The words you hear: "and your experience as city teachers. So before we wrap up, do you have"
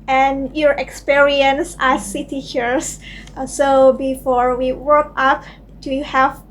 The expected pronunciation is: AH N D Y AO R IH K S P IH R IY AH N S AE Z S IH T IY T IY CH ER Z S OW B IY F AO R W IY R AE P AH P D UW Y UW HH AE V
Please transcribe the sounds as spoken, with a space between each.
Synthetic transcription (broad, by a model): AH N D Y AO R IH K S P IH R IY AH N S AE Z S IH T IY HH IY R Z S OW B IY F AO R W IY W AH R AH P D UW Y UW HH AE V